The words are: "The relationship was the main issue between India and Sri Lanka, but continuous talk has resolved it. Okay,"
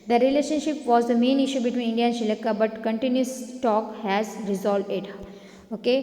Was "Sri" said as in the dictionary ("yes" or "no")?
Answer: no